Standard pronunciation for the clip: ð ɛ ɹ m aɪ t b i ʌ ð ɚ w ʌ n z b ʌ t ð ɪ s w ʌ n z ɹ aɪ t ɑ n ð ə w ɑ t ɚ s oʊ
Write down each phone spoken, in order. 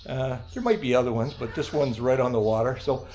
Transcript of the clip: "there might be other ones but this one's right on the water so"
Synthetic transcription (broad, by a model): ð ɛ ɹ m aɪ t b i ʌ ð ɚ w ʌ n z b ʌ t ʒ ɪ s w ʌ n z ɹ aɪ t n ð ə w ɑ t ɚ s oʊ